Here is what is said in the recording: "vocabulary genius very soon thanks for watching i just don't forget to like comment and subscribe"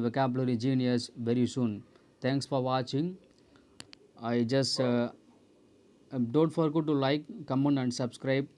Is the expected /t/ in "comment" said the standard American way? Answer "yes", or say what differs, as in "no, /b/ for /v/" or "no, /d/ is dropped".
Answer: no, /t/ is dropped